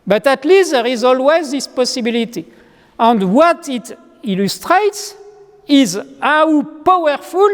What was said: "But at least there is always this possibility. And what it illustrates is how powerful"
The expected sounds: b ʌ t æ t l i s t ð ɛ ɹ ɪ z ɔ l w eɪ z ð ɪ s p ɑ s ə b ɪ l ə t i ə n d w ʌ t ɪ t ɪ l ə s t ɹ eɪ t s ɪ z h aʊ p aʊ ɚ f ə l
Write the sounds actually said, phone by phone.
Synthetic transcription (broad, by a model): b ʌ t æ t l i s t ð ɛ ɹ ɪ z ɔ l w eɪ z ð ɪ s p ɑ s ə b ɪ l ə t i ə n d w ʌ t ɪ t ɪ l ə s t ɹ eɪ t s ɪ z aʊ p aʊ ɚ f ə l